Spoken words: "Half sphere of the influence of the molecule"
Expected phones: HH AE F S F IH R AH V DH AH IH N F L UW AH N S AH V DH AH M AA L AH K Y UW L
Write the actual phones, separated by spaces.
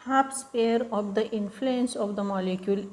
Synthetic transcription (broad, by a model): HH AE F S P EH R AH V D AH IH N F L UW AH N S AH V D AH M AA L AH K Y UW L